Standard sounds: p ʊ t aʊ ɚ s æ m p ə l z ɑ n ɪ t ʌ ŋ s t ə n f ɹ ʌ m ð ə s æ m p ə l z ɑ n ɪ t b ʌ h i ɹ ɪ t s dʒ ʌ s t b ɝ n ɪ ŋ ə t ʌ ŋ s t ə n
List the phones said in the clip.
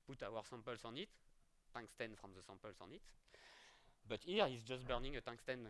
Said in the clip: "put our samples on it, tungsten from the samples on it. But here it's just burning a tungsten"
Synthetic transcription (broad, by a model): p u t aʊ ɚ s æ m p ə l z ɑ n ɪ t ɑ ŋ s t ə n f ɹ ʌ m ð ə s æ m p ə l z ɑ n ɪ t b ʌ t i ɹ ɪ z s dʒ ʌ s t b ɝ n ɪ ŋ ə t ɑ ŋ s t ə n